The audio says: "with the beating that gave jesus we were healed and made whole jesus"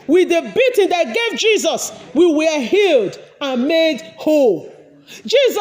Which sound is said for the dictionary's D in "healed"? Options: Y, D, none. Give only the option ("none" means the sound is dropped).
D